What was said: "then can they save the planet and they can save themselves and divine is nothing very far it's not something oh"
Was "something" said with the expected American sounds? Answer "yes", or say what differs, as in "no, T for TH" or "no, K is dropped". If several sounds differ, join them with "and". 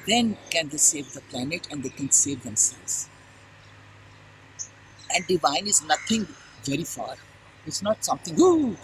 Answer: no, T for TH